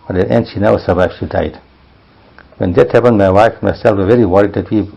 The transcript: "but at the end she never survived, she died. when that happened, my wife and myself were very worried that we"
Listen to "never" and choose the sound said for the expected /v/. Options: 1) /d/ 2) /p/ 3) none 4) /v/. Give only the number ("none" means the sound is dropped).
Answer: 3